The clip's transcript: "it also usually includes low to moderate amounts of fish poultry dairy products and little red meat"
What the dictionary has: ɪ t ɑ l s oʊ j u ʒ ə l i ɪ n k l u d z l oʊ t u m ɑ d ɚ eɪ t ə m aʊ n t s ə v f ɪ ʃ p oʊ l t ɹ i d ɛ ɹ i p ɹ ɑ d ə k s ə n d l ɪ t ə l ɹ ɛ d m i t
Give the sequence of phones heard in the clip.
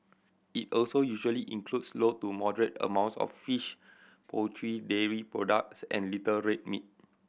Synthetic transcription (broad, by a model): ɪ t ɑ l s oʊ j u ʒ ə l i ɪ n k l u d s l oʊ t u m ɑ d ɚ eɪ t ə m aʊ n t s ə f f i ʃ p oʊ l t ɹ i d ɛ ɹ i p ɹ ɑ d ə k s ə n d l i t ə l ɹ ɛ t m i t